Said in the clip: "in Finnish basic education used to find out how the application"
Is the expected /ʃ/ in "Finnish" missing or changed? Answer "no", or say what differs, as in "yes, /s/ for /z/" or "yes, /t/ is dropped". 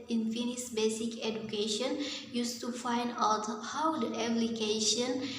yes, /s/ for /ʃ/